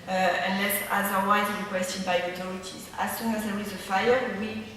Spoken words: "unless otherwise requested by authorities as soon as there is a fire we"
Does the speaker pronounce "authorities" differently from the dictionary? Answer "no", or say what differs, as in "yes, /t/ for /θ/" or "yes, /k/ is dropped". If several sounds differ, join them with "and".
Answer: yes, /t/ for /θ/